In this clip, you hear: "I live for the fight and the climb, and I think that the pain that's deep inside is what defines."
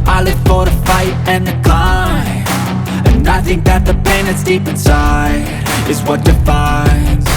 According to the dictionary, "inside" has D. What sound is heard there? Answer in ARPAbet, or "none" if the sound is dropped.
none